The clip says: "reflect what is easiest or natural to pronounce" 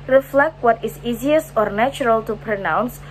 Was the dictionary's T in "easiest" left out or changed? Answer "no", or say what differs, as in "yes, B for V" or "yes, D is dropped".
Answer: yes, T is dropped